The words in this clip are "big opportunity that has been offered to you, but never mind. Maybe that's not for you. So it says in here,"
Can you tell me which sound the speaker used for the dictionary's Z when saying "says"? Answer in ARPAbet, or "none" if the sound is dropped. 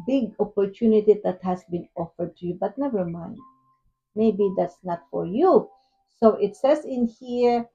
S